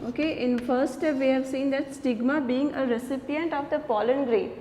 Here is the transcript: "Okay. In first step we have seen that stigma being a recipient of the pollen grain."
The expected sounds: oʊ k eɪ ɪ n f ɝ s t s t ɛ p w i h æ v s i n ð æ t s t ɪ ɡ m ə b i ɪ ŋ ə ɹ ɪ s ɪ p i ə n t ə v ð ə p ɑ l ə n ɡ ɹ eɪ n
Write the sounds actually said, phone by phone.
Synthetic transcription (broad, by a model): oʊ k eɪ ɪ n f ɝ t s t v i h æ v s i n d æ t s t ɪ ɡ m ə b i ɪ ŋ ə ɹ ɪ s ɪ p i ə n t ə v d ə p ɑ l ə n ɡ ɹ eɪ